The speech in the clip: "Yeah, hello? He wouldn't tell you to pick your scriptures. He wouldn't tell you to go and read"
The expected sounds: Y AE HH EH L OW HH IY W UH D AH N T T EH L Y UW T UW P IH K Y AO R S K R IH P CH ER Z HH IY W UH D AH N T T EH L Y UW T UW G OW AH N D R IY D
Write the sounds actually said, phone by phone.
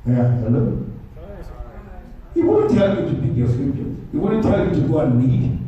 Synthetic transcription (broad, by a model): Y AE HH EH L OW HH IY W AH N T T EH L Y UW T UW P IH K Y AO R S R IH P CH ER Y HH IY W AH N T T EH L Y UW T UW G OW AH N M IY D